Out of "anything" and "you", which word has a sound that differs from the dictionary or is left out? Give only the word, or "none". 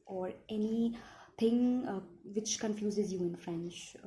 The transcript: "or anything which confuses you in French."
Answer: anything